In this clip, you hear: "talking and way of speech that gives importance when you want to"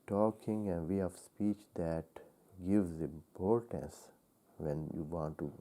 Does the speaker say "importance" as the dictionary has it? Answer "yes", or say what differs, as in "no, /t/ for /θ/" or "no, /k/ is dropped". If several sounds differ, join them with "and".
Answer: yes